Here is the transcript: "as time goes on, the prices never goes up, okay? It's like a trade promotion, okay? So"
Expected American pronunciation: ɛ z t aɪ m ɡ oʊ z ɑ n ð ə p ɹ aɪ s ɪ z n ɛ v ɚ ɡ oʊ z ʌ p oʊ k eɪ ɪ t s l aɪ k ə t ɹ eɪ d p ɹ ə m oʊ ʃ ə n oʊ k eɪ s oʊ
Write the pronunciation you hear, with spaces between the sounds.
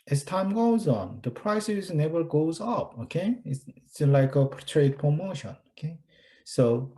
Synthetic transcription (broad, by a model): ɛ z t aɪ m ɡ oʊ z ɑ n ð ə p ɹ aɪ s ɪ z n ɛ v ɚ ɡ oʊ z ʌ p oʊ k eɪ ɪ t s l aɪ k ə t ɹ eɪ d p ɹ ə m oʊ ʃ ə n oʊ k eɪ s oʊ